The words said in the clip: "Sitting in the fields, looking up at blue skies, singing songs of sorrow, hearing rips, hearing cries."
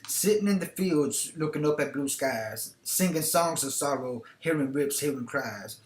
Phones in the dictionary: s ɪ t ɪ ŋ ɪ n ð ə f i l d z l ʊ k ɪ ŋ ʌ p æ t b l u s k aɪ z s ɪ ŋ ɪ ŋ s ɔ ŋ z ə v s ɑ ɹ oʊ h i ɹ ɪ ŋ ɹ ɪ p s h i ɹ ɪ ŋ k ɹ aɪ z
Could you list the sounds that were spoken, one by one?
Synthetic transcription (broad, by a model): s ɪ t ɪ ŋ ɪ n ð ə f i l d z l ʊ k ɪ ŋ ʌ p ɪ t b l u s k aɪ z s ɪ ŋ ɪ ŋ s ɔ ŋ z ə v s ɑ ɹ oʊ h i ɹ ɪ ŋ ɹ ɪ p s h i ɹ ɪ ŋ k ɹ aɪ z